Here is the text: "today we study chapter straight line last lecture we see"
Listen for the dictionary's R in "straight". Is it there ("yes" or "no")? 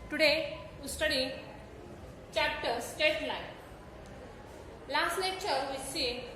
no